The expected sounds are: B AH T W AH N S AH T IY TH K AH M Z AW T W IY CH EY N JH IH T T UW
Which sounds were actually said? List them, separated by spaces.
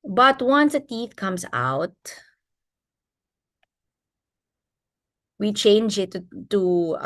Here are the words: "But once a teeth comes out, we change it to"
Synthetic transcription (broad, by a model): B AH T W AH N S AH T IY TH K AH M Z AW T W IY CH EY N JH IH T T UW